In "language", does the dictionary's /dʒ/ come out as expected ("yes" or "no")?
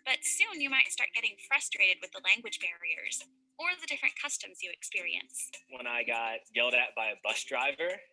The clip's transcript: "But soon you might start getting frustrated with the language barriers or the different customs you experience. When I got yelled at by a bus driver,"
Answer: yes